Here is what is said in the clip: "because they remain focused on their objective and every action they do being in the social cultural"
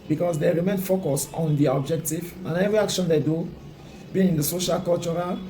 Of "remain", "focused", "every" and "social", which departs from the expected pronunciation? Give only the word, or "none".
focused